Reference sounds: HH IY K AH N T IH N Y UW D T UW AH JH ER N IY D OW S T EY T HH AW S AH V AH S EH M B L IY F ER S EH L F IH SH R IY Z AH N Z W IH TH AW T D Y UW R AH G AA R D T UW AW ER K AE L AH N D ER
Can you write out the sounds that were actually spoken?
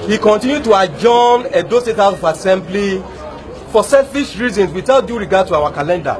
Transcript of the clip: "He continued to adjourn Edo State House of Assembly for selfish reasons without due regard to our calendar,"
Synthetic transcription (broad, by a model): HH IY K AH N T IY N Y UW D T UW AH JH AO N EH D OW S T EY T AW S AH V AH S EH M B L IY F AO S EH L F IH SH R IY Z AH N S W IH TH AW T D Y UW R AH G AA D T UW AW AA K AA L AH N D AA